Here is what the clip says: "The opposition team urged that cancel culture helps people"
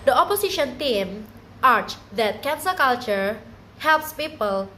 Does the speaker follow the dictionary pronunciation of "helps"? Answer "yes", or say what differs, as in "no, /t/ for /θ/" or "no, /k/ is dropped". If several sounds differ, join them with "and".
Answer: yes